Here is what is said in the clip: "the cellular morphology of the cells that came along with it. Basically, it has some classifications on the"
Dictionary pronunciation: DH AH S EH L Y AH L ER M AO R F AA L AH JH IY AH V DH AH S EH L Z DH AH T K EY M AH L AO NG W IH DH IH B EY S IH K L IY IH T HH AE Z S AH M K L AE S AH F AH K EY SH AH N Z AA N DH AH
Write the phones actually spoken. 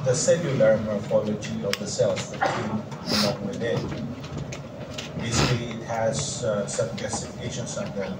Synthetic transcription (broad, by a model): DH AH S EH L Y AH L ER M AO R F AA L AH JH IY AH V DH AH S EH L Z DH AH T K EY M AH N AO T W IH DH IH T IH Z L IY IH T HH AE Z S AH M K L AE S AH F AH K EY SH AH N S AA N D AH